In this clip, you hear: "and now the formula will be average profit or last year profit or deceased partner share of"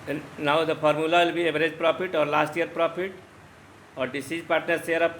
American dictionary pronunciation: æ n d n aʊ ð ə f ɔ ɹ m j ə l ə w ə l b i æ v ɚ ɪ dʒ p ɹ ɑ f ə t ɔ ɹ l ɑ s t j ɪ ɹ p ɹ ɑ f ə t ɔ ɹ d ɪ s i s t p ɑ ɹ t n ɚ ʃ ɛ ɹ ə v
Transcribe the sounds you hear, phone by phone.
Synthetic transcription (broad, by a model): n n aʊ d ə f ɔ ɹ m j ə l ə w ə l b i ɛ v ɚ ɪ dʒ p ɹ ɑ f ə t ɔ ɹ l ɑ s t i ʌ ɹ p ɹ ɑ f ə t ɔ ɹ d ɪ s i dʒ p ɑ ɹ t n ɚ s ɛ ɹ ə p